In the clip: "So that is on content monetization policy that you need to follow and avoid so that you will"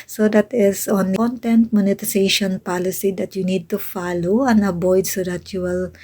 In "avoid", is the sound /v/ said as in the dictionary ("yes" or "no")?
no